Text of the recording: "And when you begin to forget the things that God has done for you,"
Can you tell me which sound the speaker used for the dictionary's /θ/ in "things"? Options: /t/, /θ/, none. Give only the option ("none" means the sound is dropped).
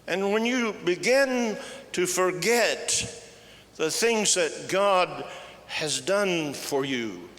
/θ/